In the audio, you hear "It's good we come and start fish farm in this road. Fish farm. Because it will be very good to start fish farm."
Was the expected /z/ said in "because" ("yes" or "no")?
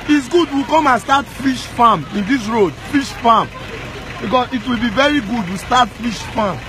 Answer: no